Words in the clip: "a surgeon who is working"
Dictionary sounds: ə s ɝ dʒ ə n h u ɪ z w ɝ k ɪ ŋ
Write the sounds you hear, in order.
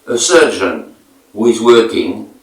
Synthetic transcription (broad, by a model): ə s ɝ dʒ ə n h u ɪ z w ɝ k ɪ ŋ